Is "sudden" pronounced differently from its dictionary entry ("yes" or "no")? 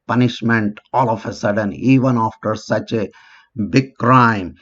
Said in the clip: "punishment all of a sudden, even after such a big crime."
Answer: no